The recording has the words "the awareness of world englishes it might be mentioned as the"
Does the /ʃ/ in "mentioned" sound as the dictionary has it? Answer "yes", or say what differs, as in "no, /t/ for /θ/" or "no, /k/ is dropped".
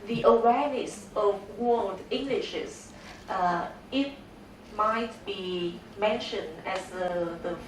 yes